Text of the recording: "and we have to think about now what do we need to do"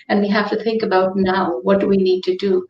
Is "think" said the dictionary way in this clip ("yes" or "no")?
yes